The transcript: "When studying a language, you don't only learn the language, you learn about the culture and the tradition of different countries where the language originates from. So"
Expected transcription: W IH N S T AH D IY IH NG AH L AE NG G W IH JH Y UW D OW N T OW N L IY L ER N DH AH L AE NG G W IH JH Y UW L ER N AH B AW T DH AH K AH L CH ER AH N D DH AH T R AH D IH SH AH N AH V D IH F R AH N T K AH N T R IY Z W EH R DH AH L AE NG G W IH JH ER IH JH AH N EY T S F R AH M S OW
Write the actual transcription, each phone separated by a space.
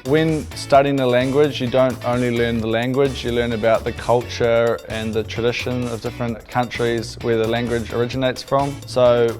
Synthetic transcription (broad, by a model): W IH N S T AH D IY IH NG AH L AE NG G W IH JH Y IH D OW N T OW N L IY L ER N DH AH L AE NG G W IH JH Y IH L ER N AH B AW T DH AH K AH L CH ER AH N DH AH T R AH D IH SH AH N AH V D IH F R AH N K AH N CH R IY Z W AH R DH AH L AE NG G W IH JH ER IH JH AH N EY T S F R AH M S OW